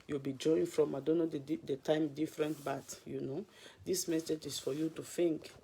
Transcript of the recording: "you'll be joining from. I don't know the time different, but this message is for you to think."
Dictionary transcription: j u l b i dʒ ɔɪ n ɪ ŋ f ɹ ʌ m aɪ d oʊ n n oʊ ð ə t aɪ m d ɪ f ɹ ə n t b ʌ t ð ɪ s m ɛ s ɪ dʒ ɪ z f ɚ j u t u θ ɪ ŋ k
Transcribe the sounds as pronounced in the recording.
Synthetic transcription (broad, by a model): j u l b i dʒ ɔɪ ɪ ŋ f ɹ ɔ m aɪ d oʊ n n oʊ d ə t aɪ m d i f ɹ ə n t b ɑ t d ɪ s m ɛ s ɪ dʒ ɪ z f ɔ j u t u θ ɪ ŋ k